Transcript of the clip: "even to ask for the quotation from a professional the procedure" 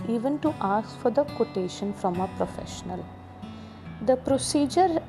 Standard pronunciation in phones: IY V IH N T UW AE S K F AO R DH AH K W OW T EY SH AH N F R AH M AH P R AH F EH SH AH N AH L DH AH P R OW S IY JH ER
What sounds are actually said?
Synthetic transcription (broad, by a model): IY V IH N T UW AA S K F AO R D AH K W OW T EY SH AH N F R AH M AH P R AH F EH SH AH N AH L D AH P R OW S IY JH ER